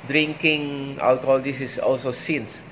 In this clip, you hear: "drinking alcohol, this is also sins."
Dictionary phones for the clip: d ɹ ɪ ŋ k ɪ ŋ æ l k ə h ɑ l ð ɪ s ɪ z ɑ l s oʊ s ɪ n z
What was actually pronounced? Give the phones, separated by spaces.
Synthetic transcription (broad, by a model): d ɹ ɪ ŋ k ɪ ŋ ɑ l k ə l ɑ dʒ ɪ s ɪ s ɑ l s oʊ s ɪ n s